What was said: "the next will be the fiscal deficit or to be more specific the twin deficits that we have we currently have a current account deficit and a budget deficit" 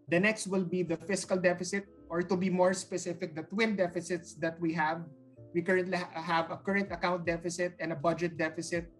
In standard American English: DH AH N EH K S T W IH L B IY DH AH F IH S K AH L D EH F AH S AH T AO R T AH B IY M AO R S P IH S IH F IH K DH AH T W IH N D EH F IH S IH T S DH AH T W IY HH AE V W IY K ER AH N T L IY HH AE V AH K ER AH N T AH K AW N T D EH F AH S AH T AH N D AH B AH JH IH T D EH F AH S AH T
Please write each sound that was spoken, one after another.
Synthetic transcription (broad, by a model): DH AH N EH K S T W IH L B IY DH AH F IH S K AH L D EH F AH S AH T AO R T AH B IY M AO R S P IH S IH F IH K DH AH T W IH N D EH F IH S IH T S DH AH T W IY HH AE V W IY K ER AH N T L IY HH AE V AH K ER AH N T AH K AW N T D EH F AH S AH T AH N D AH B AH JH IH T D EH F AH S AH T